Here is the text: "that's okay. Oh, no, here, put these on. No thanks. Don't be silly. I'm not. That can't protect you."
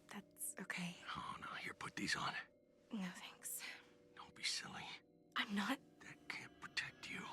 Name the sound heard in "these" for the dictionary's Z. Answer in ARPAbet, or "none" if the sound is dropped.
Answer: Z